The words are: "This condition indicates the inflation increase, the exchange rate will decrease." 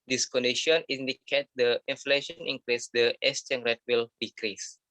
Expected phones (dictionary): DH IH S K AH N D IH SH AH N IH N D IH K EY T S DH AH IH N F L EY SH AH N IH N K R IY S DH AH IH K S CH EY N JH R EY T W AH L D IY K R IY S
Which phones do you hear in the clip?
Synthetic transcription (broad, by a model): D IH S K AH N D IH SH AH N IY N D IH K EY T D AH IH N F L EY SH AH N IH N K R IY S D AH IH S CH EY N R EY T W AH L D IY K R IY S